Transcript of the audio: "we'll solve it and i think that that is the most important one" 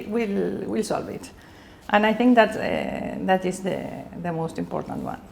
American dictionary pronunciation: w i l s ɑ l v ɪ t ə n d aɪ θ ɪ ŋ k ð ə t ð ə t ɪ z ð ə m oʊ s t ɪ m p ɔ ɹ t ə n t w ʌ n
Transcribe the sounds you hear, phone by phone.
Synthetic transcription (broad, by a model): w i l s ɑ l v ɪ t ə n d aɪ θ ɪ ŋ k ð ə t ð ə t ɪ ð ð ə m oʊ s t ɪ m p ɔ ɹ t ə n t w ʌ n